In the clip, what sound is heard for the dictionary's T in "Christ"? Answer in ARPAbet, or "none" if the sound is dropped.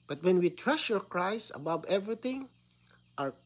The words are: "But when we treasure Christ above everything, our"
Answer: none